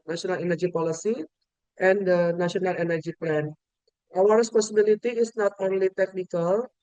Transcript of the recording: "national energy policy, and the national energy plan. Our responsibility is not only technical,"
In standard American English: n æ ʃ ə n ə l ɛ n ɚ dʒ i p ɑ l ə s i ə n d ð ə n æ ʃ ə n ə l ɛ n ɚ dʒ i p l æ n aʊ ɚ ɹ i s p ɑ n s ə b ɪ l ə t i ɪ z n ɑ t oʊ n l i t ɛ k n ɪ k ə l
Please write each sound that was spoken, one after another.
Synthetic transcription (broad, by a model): n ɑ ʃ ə n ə l ɛ n ɚ dʒ i p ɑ l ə s i ə n d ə n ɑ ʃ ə n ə l ɛ n ɚ dʒ i p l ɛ n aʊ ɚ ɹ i s p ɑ s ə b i l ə t i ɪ s n ɑ t oʊ n l i t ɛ k n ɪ k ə l